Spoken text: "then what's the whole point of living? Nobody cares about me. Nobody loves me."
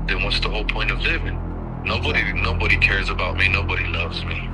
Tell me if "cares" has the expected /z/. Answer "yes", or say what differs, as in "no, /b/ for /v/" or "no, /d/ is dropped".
yes